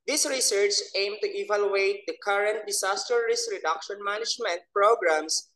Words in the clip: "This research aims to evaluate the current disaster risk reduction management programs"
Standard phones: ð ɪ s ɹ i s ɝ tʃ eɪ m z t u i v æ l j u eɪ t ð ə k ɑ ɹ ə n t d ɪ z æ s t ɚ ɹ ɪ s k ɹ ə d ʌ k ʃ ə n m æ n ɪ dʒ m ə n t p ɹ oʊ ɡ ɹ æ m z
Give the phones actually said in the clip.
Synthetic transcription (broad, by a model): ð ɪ s ɹ i s ɝ tʃ eɪ m t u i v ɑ l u eɪ t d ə k ɑ ɹ ə n t d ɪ s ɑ s t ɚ ɹ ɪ s ɹ ə d ʌ k ʃ ə n m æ n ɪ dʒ m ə n t p ɹ oʊ ɡ ɹ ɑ m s